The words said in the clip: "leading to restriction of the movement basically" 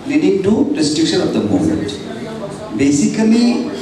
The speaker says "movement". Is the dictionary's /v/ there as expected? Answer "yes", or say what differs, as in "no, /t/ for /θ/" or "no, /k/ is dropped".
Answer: no, /v/ is dropped